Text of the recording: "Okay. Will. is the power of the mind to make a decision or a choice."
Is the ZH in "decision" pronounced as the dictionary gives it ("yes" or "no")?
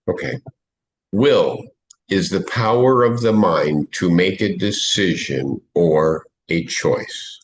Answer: yes